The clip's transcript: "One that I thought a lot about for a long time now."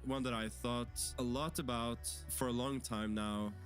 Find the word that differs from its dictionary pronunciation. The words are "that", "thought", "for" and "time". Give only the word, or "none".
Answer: none